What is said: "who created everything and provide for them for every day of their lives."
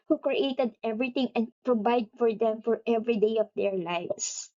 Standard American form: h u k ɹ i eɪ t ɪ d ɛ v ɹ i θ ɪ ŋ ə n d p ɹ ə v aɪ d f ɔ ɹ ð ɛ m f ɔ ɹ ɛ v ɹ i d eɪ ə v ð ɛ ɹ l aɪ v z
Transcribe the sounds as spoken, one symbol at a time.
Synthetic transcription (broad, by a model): h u k ɹ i eɪ t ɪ d ɛ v ɹ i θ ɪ ŋ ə n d p ɹ ə v aɪ d f ɔ ɹ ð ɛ m f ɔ ɹ ɛ v ɹ i d eɪ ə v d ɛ ɹ l aɪ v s